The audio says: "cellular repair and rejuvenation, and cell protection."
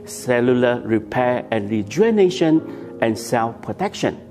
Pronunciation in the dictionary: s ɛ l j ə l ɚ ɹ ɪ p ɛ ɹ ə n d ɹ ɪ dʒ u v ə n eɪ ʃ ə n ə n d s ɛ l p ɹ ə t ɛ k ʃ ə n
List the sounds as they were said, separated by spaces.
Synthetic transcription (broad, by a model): s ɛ l j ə l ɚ ɹ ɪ p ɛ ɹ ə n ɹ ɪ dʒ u ə n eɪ ʃ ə n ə n s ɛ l p ɹ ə t ɛ k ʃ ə n